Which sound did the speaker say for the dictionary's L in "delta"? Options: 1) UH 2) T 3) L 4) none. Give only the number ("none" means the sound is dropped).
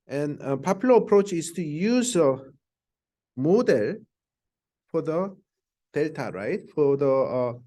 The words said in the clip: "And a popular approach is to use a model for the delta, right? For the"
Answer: 3